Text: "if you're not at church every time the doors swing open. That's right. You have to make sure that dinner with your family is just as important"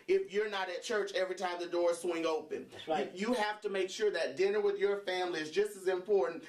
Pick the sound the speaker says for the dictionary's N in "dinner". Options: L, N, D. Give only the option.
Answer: N